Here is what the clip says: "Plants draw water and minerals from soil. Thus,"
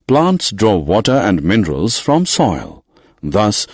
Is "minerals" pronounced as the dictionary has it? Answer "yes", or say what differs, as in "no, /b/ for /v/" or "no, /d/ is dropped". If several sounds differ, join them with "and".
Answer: yes